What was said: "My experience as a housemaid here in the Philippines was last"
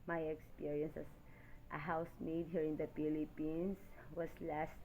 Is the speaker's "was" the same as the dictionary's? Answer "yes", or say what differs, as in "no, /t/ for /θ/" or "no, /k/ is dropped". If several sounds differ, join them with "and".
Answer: no, /s/ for /z/